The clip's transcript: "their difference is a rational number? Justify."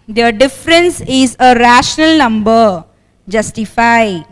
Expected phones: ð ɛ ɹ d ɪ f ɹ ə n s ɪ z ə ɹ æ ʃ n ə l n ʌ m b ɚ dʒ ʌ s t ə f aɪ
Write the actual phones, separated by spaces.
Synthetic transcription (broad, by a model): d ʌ d ɪ f ɹ ə n s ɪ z ə ɹ æ ʃ n ə l n ʌ m b ɚ dʒ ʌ s t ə f aɪ